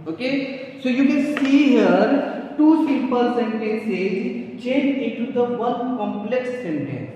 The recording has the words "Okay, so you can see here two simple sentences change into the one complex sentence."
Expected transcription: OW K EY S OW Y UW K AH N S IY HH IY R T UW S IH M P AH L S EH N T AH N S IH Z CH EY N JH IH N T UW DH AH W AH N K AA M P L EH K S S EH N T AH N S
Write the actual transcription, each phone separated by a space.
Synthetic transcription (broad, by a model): OW K EY S OW Y UW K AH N S IY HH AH R T UW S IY P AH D S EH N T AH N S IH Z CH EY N IH N T UW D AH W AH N K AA M P L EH K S S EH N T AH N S